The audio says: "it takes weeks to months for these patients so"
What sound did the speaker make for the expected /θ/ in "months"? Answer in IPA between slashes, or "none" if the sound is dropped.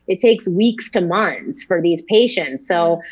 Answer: /θ/